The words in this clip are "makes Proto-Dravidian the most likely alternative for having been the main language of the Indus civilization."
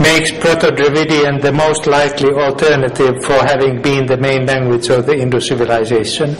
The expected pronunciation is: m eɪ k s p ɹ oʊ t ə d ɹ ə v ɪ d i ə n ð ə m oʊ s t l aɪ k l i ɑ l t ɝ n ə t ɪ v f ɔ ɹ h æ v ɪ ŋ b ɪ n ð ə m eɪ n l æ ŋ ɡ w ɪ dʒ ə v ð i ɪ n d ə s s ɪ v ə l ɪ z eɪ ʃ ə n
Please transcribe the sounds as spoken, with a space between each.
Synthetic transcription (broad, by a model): m eɪ k s p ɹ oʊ t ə d ɹ ə v ɪ d i ə n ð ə m oʊ s t l aɪ k l i ɑ l t ɝ n ə t ɪ v f ɔ ɹ h æ v ɪ ŋ b ɪ n ð ə m eɪ n l æ ŋ ɡ w ɪ dʒ ə v ð i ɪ n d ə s s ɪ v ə l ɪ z eɪ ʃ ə n